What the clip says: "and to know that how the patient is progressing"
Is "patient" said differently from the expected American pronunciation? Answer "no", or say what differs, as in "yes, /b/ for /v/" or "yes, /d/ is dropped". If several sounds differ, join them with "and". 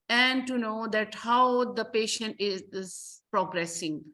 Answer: no